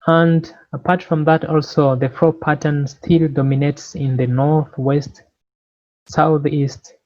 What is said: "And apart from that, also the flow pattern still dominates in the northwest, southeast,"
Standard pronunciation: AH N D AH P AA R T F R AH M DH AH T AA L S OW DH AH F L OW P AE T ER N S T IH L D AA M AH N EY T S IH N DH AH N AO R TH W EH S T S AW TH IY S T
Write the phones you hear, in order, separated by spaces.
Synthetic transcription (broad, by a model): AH N D AH P AA R T F R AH M DH AH T AA L S OW DH AH F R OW P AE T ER N S T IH L D AA M AH N EY T S IH N DH AH N AO R TH W EH S T S AW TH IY S T